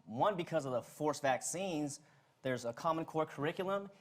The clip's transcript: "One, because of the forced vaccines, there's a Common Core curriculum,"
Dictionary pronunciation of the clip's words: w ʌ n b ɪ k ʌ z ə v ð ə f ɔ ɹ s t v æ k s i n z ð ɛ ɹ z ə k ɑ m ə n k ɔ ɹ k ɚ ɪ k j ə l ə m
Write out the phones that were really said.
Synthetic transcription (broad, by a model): w ʌ n b ɪ k ʌ z ə v ð ə f ɔ ɹ s v æ k s i n z ð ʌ ɹ z ə k ɑ m ə n k ɔ ɹ k ɚ ɪ k j l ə m